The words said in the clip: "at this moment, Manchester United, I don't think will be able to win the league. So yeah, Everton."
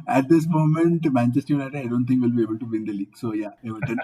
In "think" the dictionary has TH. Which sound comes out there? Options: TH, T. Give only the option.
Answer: T